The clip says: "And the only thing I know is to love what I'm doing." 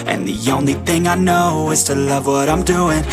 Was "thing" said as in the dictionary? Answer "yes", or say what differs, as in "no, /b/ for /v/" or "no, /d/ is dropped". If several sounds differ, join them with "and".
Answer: yes